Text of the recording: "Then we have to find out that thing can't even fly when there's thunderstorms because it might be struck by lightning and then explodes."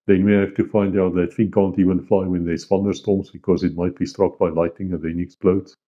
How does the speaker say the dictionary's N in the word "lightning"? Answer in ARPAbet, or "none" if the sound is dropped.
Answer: none